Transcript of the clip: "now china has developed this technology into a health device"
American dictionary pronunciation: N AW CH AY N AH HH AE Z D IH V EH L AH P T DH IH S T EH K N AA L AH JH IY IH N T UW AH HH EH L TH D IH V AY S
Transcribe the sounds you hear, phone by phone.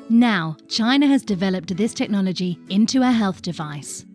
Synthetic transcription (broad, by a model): N AW CH AY N AH Z D IH V EH L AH P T DH IH S T EH K N AA L AH JH IY IH N T UW AH HH EH L TH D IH V AY S